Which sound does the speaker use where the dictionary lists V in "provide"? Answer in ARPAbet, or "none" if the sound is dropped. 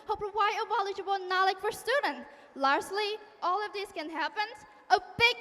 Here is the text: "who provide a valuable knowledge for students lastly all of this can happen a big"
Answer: none